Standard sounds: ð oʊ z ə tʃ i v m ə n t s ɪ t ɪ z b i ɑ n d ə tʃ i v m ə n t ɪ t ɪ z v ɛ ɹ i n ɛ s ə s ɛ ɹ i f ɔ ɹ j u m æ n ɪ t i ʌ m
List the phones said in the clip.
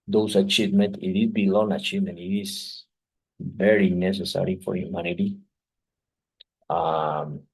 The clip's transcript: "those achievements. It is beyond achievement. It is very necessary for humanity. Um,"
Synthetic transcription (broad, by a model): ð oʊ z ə tʃ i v m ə n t ɪ t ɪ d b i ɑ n ə tʃ i v m ə n t ɪ t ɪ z v ɛ ɹ i n ɛ s ə s ɛ ɹ i f ɔ ɹ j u m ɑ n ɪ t i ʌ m